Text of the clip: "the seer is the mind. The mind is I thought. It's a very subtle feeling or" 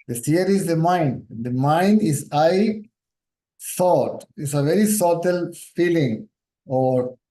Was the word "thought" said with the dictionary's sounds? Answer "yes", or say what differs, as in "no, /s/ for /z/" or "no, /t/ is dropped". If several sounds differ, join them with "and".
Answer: no, /s/ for /θ/